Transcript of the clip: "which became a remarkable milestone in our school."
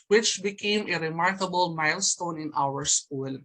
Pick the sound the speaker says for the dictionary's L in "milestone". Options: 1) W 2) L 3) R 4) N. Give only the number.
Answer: 2